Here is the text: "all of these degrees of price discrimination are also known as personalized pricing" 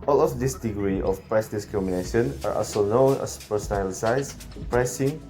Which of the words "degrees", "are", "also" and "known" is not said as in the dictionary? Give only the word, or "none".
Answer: degrees